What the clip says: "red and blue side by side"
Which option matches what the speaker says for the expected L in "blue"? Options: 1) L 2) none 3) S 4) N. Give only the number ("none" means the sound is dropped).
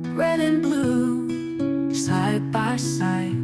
1